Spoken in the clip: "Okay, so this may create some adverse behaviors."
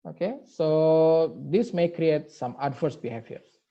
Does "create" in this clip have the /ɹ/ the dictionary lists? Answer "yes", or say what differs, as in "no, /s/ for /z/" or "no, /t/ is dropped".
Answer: yes